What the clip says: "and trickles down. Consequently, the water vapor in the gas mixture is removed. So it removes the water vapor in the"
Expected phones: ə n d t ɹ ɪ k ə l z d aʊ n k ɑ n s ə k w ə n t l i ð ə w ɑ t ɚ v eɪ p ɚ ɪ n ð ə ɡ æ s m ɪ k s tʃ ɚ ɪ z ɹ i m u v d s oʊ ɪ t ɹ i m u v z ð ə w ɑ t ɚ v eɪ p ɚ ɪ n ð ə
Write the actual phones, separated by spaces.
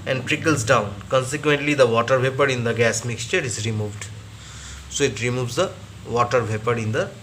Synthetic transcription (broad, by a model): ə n d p ɹ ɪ k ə l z d aʊ n k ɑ n s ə k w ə n t l i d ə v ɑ t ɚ v eɪ p ɚ ɪ n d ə ɡ æ s m ɪ k s tʃ ɚ ɪ z ɹ i m u v d s oʊ ɪ t ɹ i m u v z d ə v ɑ t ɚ v eɪ p ɚ ɪ n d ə